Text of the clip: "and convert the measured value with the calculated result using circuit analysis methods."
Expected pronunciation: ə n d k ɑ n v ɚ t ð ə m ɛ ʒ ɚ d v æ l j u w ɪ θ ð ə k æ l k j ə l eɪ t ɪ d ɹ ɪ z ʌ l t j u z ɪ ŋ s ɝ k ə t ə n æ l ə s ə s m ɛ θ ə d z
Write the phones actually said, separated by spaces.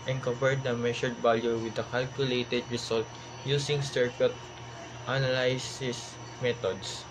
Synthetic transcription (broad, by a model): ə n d k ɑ v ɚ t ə m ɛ ʃ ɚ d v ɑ l j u w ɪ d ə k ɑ l k j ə l eɪ t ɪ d ɹ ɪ s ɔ l t j u s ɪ ŋ s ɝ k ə t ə n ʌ l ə s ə s m ɛ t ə d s